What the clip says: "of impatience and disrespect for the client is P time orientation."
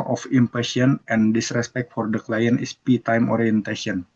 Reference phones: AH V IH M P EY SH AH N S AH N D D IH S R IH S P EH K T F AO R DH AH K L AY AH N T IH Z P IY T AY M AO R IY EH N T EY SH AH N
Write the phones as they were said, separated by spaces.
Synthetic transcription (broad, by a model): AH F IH M P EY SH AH N AH N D D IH S R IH S P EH K T F AO R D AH K L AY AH N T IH S P IY T AY M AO R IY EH N T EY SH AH N